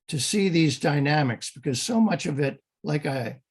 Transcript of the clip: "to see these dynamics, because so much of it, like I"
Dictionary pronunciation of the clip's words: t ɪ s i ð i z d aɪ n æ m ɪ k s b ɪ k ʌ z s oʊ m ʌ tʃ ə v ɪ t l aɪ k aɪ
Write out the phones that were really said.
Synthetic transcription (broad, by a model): t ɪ s i ð i z d aɪ n æ m ɪ k s b ɪ k ʌ z s oʊ m ʌ tʃ ə v ɪ t l aɪ k aɪ